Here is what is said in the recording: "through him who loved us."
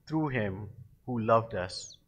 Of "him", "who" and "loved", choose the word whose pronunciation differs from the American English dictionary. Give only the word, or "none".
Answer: none